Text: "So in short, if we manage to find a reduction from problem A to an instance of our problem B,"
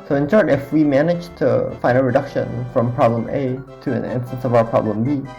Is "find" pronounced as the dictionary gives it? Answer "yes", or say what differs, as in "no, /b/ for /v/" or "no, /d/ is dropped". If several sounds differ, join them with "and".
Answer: no, /d/ is dropped